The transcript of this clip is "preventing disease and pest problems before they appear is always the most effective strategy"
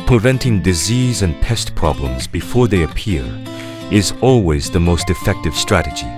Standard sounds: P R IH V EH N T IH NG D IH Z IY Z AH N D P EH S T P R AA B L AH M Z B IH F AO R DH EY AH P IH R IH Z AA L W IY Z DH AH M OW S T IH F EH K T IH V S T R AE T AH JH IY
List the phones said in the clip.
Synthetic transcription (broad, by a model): P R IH V EH N T IH NG D IH Z IY Z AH N P EH S T P R AA B L AH M Z B IH F AO R DH EY AH P IH R IH Z AA L W IY Z DH AH M OW S T IH F EH K T IH V S T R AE T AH JH IY